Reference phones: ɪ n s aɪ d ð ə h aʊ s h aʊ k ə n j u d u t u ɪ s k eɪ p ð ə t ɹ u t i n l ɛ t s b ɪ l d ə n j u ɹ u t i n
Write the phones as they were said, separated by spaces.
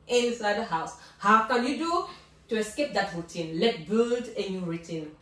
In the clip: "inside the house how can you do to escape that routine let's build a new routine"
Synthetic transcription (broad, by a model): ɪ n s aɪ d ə h aʊ s h aʊ k ə n j u d u t u ɪ s k eɪ p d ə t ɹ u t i n l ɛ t b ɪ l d ə n j u ɹ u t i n